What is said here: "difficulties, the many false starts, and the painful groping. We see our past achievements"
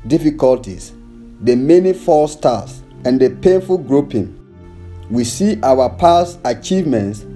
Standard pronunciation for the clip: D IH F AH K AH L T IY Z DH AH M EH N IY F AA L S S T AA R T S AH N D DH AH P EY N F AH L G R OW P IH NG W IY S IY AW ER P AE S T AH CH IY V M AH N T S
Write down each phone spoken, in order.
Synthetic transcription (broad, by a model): D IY F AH K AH L T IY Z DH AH M EH N IY F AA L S S T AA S AH N D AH P EY N F AH L G R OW P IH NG W IY S IY AW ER P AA S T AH CH IY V M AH N T S